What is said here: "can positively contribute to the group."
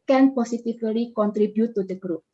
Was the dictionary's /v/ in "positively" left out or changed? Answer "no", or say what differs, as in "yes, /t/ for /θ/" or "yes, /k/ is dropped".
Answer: yes, /f/ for /v/